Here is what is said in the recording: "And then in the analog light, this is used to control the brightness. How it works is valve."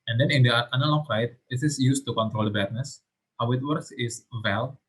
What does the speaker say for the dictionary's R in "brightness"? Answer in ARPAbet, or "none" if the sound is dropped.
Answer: none